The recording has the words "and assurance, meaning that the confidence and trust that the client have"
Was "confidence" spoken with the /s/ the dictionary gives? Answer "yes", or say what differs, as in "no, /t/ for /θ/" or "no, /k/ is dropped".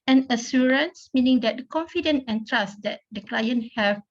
no, /s/ is dropped